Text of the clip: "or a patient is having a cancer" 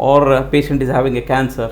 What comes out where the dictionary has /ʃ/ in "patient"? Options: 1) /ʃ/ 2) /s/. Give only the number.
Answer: 1